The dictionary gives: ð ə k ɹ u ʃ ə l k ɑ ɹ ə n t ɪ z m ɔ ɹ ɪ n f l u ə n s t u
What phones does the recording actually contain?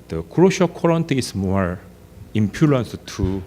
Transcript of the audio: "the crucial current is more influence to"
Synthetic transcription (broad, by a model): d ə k ɹ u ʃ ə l k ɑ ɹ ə n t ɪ s m ɔ ɹ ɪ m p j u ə n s t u